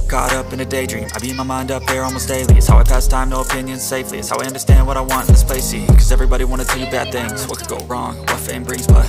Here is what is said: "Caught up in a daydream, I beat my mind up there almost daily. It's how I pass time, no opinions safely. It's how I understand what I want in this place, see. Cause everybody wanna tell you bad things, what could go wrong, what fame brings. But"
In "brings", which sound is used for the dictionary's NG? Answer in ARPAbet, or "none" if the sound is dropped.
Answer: none